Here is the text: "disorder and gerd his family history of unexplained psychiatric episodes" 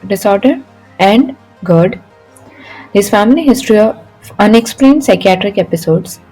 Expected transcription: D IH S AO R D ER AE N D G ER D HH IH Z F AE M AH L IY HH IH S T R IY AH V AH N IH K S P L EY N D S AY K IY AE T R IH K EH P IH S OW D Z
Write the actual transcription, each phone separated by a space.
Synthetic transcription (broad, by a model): D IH S AO R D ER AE N D G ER D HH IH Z F AE M AH L IY HH IH S T R IY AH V AH N IH K S P L EY N D S AY K IY AE T R IH K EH P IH S OW D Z